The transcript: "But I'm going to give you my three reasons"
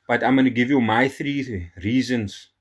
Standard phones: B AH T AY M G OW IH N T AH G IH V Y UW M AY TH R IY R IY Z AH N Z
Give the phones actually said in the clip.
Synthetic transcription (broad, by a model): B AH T AY M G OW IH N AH G IH V Y UW M AY TH R IY R IY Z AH N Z